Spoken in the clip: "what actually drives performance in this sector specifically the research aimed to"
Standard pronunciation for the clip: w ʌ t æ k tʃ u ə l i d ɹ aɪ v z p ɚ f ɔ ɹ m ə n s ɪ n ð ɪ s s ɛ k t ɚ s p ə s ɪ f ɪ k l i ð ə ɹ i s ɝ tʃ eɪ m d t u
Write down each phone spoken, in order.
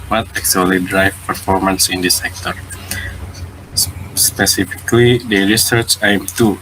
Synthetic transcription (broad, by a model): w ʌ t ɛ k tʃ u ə l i d ɹ aɪ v p ɚ f ɔ ɹ m ə n s ɪ n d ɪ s s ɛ k t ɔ s p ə s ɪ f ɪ k l i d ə ɹ i s ɝ tʃ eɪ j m t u